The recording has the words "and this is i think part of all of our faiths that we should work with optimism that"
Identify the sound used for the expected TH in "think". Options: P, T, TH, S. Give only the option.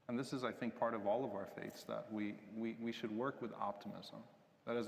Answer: TH